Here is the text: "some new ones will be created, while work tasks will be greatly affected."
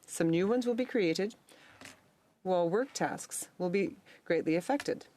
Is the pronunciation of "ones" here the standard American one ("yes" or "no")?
yes